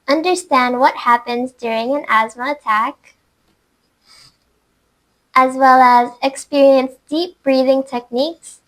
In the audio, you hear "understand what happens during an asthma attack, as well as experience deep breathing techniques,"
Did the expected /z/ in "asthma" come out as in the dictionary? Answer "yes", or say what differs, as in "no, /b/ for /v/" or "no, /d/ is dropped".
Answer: yes